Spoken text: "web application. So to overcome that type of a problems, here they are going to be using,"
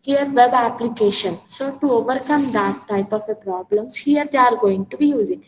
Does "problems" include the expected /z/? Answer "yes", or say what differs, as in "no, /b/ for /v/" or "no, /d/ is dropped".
no, /s/ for /z/